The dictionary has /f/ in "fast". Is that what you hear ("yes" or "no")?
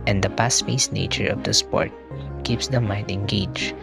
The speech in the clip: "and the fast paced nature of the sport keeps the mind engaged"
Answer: no